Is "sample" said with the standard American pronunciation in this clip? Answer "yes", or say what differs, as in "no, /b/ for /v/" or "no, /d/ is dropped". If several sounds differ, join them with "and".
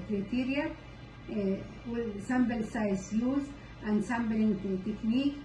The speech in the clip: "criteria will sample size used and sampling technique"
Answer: no, /b/ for /p/